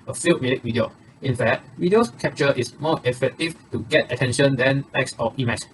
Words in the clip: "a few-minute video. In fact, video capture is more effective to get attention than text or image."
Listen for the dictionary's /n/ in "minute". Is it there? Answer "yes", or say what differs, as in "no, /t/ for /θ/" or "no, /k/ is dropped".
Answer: no, /l/ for /n/